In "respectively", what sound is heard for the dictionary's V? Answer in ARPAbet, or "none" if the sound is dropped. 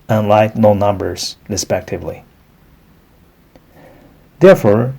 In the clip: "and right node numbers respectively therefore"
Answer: V